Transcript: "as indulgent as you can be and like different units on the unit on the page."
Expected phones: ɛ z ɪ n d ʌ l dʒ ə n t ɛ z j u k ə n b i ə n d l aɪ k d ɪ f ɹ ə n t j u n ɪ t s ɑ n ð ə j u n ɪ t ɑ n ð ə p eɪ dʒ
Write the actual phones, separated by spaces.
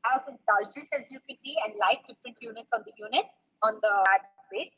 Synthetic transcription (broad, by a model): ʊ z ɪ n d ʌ l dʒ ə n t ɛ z j u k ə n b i ə n d l aɪ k d ɪ f ɹ ə n t j u n ɪ t s ɑ n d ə j u n ɪ t ɑ n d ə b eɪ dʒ